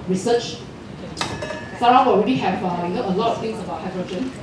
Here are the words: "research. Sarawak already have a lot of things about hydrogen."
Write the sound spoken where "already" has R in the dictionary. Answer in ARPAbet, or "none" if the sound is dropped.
R